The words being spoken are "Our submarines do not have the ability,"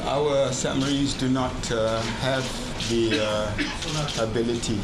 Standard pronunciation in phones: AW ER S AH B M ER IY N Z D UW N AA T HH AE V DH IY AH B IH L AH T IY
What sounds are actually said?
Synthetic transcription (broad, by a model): AW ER S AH M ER IY Z D UW N AA T HH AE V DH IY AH B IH L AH T IY